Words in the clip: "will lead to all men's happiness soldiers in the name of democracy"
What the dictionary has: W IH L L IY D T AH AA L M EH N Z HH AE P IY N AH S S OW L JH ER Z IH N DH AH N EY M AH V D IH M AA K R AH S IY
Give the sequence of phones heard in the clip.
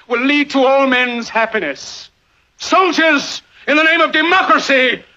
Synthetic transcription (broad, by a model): W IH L L IY D T AH AA L M EH N Z HH AE P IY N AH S S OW JH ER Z IH N DH AH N EY M AH V D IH M AA K R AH S IY